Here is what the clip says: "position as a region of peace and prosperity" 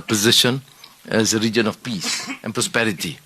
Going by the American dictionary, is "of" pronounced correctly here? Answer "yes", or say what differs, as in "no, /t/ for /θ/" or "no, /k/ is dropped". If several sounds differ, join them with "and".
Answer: no, /f/ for /v/